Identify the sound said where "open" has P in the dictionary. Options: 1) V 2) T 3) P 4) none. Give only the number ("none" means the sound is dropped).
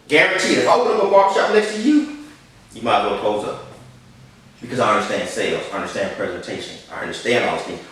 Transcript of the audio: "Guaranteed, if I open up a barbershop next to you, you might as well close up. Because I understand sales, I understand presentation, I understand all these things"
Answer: 4